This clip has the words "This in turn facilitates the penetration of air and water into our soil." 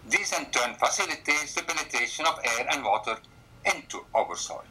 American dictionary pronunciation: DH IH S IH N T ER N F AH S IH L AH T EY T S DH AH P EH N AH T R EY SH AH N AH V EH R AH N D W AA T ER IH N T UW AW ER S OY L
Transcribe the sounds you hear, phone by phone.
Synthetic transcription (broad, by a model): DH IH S IH N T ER N F AH S IH L AH T EY T S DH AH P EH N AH T EY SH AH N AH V EH R AH N D W AA T ER IH N T UW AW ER S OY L